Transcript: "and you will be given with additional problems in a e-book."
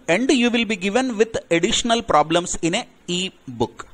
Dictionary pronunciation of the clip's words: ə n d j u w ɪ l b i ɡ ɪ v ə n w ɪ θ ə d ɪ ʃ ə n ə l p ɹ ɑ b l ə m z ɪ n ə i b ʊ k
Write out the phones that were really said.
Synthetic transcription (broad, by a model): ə n d j u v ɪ l b i ɡ ɪ v ə n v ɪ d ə d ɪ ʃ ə n ə l p ɹ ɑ b l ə m s ɪ n ə i b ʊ k